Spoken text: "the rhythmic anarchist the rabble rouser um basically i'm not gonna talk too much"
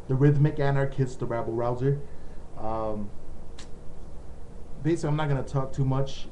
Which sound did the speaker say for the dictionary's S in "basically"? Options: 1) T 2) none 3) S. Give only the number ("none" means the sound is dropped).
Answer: 2